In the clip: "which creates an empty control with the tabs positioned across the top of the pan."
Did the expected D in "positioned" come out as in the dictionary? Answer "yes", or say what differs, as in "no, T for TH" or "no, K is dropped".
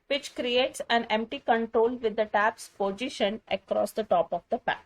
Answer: no, D is dropped